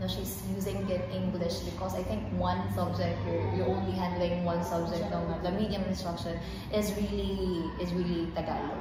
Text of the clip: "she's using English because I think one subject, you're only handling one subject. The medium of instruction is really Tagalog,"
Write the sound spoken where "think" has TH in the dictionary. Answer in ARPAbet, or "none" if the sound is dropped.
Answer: T